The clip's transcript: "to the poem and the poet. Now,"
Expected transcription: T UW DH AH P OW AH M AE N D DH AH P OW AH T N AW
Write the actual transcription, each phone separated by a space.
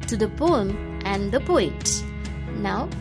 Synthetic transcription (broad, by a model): T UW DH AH P OW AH M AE N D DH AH P OW AH T N AW